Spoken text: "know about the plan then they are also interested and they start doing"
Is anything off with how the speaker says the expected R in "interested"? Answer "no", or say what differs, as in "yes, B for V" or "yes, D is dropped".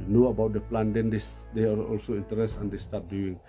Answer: yes, R is dropped